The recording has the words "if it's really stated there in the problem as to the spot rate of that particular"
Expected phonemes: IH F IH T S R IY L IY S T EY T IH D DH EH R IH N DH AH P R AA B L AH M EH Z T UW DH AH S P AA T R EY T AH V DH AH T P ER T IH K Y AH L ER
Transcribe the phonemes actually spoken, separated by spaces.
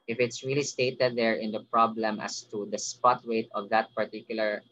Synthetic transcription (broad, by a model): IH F IH T S R IY L IY S T EY T IH D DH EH R IH N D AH P R AA B L AH M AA S T UW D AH S P AA T W EY T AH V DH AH T P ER T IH K Y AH L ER